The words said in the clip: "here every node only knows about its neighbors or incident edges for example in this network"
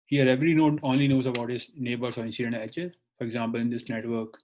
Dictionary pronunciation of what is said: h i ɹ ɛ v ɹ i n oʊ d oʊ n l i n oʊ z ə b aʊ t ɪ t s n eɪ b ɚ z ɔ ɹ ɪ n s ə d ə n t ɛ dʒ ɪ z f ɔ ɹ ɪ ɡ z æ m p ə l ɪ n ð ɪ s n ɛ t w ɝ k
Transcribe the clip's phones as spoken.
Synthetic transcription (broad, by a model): h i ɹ ɛ v ɹ i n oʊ oʊ n l i n oʊ z ə b aʊ t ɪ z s n eɪ b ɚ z ɔ ɹ ɪ n s ə d ə n t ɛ tʃ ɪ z f ɔ ɹ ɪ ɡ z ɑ m p ə l ɪ n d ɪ s n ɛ t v ɝ k